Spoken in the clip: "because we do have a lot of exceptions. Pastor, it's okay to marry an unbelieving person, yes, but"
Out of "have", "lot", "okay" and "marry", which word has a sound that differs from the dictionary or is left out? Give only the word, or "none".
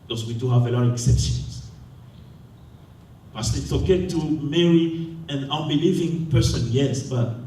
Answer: none